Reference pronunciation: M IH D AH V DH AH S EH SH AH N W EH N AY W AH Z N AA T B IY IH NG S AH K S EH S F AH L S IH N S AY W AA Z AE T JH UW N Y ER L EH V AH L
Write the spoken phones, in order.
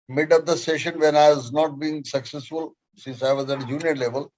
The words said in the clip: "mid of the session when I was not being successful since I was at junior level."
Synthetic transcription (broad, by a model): M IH D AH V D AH S EH SH AH N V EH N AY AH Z N AA T B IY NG S AH K S EH S F AH L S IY S AY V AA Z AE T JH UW N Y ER L EH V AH L